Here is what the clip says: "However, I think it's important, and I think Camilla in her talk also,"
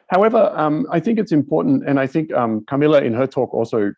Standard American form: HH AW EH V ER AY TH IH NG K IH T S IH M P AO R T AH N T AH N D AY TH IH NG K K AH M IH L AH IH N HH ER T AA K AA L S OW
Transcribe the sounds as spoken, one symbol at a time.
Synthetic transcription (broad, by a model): HH AW EH V ER AY TH IH NG K IH T S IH M P AO R T N T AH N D AY TH IH NG K K AH M IH L AH IH N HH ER T AA K AA L S OW